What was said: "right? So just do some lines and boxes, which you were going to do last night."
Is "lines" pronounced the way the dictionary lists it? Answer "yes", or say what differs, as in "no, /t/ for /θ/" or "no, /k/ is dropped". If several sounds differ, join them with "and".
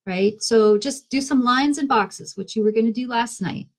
yes